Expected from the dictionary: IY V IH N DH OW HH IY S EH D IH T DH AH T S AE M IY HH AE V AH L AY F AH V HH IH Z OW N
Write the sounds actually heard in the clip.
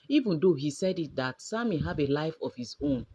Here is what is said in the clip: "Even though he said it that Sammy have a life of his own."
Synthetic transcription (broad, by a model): IY V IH N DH OW HH IY S EH D IH T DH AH T S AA M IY HH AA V AH L AY F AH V HH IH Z OW N